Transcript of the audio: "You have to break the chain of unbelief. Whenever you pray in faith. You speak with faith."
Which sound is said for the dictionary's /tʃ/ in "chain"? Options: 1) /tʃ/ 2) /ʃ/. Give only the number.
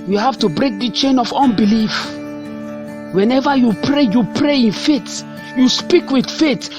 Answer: 1